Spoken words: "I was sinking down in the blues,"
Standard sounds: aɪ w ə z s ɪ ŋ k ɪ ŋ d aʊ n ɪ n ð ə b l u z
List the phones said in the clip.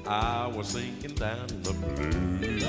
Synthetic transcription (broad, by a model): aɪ w ə z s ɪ ŋ k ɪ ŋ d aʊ ɪ n ð ə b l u